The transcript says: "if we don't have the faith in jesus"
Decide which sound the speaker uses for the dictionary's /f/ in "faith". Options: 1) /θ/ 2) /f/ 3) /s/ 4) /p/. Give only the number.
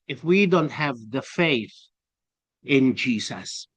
2